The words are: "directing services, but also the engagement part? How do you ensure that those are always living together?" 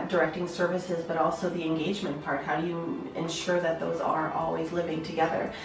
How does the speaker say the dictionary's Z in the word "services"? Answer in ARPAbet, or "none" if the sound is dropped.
Z